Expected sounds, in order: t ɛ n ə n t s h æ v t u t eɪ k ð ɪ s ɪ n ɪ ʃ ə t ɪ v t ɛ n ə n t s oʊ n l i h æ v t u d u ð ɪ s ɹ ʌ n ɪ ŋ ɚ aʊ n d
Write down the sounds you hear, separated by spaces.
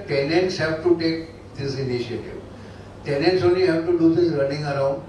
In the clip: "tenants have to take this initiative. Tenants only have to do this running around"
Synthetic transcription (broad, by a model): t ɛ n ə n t s h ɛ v t u t eɪ k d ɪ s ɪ n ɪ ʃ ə t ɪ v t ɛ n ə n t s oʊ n i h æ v t u d u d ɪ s ɹ ʌ n ɪ ŋ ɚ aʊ n d